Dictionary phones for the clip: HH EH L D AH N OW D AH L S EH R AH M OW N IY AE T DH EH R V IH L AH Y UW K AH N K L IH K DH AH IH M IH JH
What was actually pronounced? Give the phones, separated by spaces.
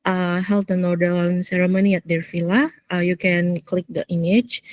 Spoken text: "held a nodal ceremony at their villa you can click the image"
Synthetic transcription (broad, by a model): HH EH L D AH N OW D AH N S EH R AH M OW N IY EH T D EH R F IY L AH Y UW K AH N K L IH K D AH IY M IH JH